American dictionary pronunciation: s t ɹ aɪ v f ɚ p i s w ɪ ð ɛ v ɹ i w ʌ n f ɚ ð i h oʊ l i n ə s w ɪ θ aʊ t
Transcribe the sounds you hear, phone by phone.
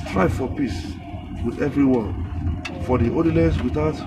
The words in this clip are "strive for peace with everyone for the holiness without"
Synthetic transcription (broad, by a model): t ɹ aɪ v f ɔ p i s w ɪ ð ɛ v ɹ i w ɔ n f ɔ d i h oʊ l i l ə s w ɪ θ aʊ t